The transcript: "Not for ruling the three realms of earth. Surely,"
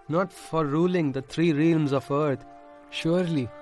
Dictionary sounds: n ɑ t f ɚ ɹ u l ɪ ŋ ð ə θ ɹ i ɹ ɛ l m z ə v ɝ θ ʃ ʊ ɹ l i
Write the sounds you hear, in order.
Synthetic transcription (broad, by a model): n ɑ t f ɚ ɹ u l ɪ ŋ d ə t ɹ i ɹ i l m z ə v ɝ t ʃ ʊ ɹ l i